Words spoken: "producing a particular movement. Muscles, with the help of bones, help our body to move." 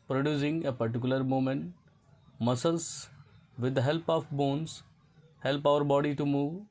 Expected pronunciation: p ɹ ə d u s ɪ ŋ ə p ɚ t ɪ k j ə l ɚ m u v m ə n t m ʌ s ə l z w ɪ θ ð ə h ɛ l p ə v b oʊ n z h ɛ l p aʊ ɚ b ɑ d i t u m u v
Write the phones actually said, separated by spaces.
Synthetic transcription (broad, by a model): p ɹ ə d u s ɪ ŋ ə p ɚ t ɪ k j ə l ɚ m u m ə n t m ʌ s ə l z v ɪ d h ɛ l p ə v b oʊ n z h ɛ l p aʊ ɚ b ɑ d i t u m u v